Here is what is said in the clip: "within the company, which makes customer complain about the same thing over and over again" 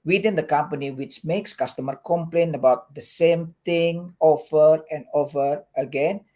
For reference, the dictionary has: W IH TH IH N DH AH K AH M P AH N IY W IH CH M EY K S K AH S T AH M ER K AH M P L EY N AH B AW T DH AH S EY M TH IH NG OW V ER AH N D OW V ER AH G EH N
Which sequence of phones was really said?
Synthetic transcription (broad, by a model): W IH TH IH N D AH K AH M P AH N IY W IH CH M EY K S K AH S T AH M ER K AH M P L EY N AH B AW T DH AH S EY M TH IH NG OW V ER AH N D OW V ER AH G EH N